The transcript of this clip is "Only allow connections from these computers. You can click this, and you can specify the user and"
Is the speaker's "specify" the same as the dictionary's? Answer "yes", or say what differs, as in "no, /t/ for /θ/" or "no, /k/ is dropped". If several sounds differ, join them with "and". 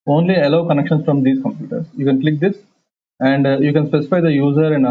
yes